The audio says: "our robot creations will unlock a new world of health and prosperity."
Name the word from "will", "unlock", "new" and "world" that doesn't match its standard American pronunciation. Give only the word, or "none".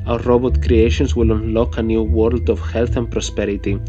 none